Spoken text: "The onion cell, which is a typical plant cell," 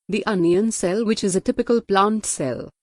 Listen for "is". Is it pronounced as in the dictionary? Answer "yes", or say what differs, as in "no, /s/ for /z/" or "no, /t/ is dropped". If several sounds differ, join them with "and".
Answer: yes